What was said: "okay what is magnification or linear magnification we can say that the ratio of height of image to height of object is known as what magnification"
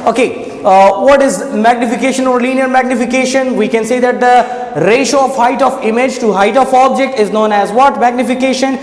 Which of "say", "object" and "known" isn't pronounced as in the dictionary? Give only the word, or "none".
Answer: none